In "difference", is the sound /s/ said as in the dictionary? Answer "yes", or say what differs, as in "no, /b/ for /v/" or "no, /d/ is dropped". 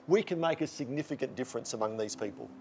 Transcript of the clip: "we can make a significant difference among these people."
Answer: yes